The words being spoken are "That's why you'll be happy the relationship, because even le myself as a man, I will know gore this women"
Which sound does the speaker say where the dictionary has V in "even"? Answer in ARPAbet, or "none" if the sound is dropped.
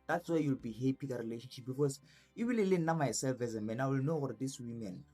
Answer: W